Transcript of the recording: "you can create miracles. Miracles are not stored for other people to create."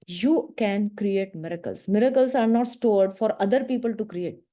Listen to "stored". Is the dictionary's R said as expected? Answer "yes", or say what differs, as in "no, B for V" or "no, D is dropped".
yes